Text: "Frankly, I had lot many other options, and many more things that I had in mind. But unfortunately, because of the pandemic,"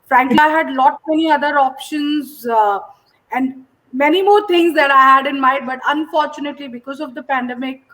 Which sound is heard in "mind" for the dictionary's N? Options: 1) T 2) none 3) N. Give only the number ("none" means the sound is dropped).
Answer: 2